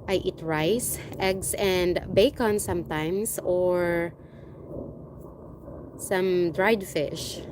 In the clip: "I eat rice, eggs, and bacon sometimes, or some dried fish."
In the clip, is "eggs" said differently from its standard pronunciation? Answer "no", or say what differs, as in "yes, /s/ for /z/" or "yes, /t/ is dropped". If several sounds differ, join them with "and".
yes, /s/ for /z/